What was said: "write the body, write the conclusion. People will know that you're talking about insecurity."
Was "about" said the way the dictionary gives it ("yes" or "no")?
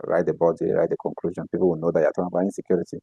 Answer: no